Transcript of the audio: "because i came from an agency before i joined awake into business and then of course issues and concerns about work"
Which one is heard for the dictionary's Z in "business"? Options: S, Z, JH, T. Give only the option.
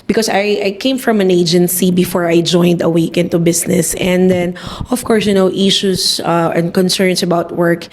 S